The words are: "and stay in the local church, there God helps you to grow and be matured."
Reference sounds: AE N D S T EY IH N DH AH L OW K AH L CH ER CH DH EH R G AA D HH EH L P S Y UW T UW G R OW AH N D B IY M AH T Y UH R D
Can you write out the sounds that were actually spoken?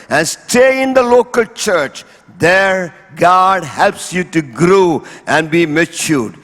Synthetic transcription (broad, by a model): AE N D S T EY IH N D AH L OW K AH L CH ER CH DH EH R G AA D HH EH L P S Y UW T UW G R OW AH N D B IY M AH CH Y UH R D